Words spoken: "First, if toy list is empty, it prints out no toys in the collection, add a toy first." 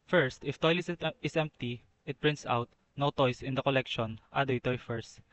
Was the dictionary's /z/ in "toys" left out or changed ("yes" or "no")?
yes